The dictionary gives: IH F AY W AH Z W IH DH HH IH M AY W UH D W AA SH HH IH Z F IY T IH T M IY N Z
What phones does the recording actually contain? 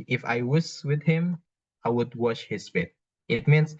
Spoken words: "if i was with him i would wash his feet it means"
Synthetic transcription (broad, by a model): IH F AY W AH S W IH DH HH IH M AY W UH D W AA SH HH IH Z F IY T IH T M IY N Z